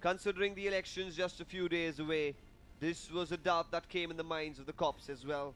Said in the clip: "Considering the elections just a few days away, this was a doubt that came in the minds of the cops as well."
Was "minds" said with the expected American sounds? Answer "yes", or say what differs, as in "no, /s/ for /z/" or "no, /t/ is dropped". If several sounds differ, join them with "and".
yes